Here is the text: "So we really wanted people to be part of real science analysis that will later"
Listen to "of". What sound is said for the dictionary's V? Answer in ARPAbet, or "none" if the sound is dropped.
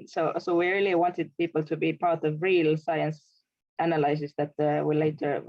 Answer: V